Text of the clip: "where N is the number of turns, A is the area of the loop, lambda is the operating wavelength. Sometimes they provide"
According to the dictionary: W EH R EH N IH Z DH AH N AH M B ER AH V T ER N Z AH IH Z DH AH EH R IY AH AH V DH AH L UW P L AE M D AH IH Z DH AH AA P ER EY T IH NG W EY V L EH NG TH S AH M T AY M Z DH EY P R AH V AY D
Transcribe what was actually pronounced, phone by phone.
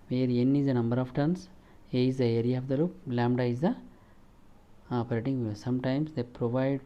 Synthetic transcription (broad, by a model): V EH R EH N IH Z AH N AH M B ER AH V T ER N S AH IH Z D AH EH R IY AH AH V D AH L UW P L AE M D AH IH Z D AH AA P ER EY T IH NG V EH S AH M T AY M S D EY P R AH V AY D